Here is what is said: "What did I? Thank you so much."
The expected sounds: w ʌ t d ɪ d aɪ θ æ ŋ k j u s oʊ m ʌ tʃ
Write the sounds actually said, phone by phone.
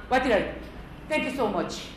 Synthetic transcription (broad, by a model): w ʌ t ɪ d aɪ t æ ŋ k j u s oʊ m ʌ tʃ